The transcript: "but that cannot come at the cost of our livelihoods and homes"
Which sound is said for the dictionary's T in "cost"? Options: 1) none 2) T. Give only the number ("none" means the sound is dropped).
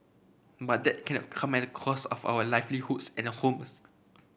1